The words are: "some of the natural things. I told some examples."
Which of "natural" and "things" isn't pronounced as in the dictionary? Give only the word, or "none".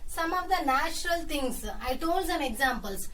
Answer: things